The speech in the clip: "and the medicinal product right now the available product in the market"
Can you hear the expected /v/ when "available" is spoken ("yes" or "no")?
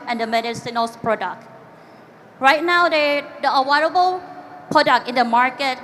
no